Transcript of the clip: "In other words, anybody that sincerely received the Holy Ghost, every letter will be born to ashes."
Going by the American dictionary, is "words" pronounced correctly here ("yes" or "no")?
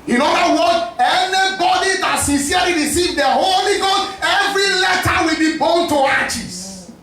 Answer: no